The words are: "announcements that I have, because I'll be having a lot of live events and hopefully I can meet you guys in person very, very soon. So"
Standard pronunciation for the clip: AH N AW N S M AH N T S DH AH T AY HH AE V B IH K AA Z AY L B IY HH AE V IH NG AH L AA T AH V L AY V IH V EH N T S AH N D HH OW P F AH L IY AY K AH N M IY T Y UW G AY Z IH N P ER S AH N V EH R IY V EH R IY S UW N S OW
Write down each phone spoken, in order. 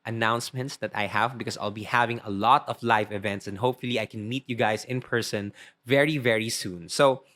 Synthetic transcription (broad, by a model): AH N AW N S M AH N T S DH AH T AY HH AE V B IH K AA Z AY L B IY HH AE V IH NG AH L AA T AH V L AY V IH V EH N T S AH N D HH OW P F AH L IY AY K AH N M IY T Y UW G AY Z IH N P ER S AH N V EH R IY V EH R IY S UW N S OW